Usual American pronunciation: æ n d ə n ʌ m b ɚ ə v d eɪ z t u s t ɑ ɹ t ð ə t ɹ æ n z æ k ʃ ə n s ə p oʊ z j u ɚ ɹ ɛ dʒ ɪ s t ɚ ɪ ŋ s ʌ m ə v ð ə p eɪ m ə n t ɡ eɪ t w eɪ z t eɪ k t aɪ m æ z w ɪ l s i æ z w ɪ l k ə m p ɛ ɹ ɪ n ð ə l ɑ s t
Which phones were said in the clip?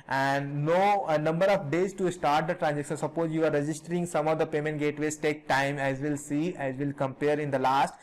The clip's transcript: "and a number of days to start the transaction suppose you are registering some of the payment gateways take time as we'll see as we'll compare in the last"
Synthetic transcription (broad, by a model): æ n d ə n ʌ m b ɚ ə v d eɪ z t u s t ɑ ɹ t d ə t ɹ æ n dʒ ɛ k s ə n s ə p oʊ z j u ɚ ɹ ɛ dʒ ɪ s t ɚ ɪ ŋ s ʌ m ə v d ə p eɪ m ə n t ɡ eɪ t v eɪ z t eɪ k t aɪ m æ z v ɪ l s i æ z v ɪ l k ə m p ɛ ɹ ɪ n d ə l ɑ s t